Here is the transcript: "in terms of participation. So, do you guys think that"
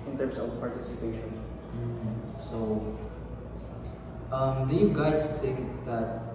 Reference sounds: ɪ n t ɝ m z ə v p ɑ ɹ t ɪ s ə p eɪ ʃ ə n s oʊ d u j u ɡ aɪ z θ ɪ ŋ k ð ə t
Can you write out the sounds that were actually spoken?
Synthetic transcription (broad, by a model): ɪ n t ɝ m s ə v p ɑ ɹ t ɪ s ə p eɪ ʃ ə n s oʊ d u j u ɡ aɪ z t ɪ k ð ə t